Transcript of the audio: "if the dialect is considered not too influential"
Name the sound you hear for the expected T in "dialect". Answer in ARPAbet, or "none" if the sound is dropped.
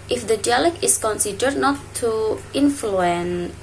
none